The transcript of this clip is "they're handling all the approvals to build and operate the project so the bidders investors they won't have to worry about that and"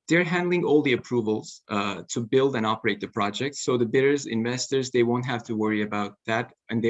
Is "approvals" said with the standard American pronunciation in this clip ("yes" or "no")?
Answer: yes